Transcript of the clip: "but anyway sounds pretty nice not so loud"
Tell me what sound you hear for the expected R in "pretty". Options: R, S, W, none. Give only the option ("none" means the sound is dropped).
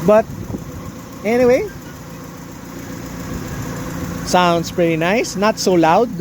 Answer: R